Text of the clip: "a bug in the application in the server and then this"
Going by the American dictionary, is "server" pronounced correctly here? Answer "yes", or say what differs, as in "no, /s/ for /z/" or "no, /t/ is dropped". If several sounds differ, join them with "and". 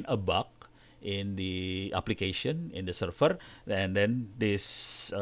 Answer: no, /f/ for /v/